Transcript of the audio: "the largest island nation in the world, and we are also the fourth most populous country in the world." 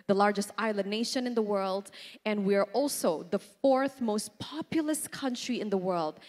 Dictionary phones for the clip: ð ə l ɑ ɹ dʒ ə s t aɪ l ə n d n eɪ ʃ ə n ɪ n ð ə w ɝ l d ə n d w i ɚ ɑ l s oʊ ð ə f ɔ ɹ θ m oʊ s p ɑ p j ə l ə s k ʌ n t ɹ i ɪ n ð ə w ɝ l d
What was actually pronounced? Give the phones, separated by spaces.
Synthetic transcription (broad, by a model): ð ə l ɑ ɹ dʒ ə s t aɪ l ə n n eɪ ʃ ə n ɪ n ð ə w ɝ l d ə n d w i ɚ ɑ l s oʊ ð ə f ɔ ɹ θ m oʊ s p ɑ p j l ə s k ʌ n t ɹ i ɪ n ð ə w ɝ l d